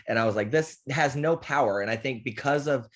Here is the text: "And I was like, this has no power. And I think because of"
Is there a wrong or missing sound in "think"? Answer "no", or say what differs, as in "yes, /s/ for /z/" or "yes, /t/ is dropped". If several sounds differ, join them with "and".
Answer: no